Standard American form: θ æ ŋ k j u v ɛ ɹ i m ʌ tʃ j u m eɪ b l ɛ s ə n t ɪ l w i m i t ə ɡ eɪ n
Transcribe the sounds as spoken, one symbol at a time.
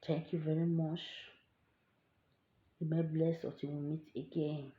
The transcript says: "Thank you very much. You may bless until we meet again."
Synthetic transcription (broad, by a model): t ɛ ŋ k j u v ɛ ɹ i m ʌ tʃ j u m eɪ b l ɛ s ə t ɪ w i m i t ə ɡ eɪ n